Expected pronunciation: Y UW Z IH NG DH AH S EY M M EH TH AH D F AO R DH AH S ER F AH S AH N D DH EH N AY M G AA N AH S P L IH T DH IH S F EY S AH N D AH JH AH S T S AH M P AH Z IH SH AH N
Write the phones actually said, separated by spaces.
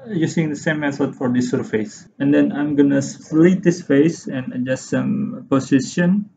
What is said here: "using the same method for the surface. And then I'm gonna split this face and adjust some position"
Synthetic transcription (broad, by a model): Y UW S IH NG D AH S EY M M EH S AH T F AO R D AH S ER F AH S AH N D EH N AY M G AA N AH S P L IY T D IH S F EY S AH N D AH JH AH S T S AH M P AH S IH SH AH N